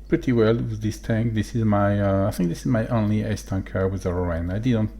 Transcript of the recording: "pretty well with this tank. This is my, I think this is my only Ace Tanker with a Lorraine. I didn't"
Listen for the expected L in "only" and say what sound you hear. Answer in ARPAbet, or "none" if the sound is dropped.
L